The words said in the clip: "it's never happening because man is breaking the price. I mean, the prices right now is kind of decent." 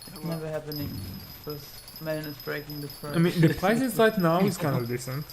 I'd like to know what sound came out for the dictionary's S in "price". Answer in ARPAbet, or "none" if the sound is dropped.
none